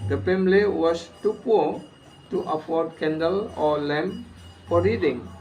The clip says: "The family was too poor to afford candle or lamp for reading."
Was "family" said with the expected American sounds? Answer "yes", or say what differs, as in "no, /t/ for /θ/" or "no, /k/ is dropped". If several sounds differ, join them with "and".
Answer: no, /p/ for /f/